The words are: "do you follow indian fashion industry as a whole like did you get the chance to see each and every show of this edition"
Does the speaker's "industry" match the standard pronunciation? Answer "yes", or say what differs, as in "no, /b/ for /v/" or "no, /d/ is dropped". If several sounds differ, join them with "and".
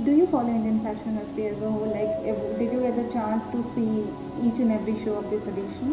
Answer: no, /ɹ/ is dropped